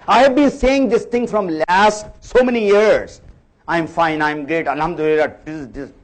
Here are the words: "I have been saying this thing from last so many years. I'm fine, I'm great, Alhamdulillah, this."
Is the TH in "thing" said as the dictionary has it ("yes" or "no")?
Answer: no